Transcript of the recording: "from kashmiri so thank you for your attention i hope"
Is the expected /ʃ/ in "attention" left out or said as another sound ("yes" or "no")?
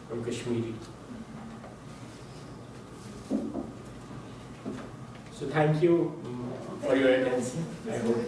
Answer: yes